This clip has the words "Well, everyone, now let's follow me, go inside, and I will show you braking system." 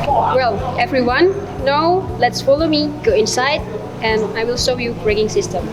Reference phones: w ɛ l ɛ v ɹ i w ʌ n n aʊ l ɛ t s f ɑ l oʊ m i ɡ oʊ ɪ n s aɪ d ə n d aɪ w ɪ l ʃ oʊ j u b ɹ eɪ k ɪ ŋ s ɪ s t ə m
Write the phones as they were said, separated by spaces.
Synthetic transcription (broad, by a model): w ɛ l ɛ v ɹ i w ʌ n n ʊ l ɛ t s f ɑ l oʊ m i ɡ oʊ ɪ n s aɪ d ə n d aɪ w ɪ l s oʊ j u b ɹ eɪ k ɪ ŋ s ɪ s t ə m